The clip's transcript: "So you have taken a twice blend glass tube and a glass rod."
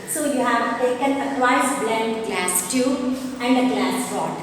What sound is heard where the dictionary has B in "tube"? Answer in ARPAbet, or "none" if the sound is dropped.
none